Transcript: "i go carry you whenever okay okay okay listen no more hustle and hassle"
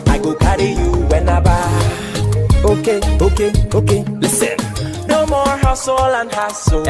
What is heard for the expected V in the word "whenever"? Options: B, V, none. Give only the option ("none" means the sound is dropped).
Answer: B